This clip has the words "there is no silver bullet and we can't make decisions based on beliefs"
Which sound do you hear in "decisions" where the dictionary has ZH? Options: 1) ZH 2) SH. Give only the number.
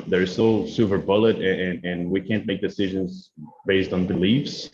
1